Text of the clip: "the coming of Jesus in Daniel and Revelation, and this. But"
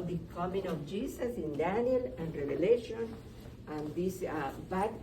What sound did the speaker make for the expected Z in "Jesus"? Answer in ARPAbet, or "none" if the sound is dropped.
S